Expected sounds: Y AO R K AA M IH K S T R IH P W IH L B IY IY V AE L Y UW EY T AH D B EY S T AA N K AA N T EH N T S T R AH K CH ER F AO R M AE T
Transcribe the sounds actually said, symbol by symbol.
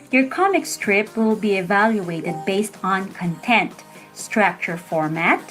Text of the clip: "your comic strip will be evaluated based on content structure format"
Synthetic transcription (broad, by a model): Y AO R K AA M IH K S T R IH P W IH L B IY IY V AE L Y UW EY T AH D B EY S T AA N K AA N T EH N T S T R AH K CH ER F AO R M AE T